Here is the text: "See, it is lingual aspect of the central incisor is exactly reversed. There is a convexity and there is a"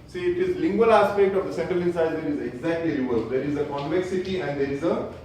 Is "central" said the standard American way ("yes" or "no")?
yes